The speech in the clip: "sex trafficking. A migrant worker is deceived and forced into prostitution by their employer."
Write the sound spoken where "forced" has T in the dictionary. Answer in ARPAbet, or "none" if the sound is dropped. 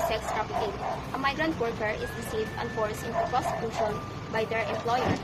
none